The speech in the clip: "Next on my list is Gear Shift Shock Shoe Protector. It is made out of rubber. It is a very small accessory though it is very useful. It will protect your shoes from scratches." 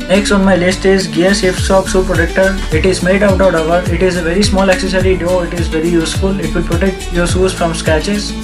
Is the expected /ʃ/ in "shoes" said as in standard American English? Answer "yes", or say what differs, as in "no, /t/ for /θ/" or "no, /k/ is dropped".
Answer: no, /s/ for /ʃ/